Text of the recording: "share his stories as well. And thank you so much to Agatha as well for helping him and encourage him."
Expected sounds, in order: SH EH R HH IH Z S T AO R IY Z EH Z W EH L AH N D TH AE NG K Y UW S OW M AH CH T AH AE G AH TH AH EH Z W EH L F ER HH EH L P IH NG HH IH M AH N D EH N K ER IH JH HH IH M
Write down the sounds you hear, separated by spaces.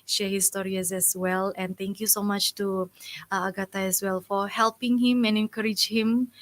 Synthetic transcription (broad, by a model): SH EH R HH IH S T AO R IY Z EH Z W EH L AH N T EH NG K Y UW S OW M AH CH T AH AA G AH T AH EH S W EH L F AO HH EH L P IH NG HH IH M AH N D EH N K ER IH JH HH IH M